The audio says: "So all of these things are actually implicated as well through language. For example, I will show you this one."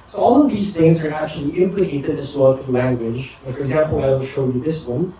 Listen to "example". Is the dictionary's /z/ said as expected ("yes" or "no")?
yes